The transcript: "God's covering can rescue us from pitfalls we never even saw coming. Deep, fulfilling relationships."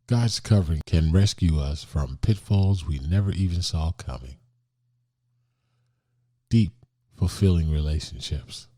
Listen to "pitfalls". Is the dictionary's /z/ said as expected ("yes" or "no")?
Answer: yes